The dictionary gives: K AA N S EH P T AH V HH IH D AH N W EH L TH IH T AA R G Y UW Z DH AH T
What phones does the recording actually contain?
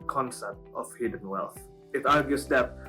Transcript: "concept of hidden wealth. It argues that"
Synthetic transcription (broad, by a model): K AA N S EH P T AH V HH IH D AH N W EH L TH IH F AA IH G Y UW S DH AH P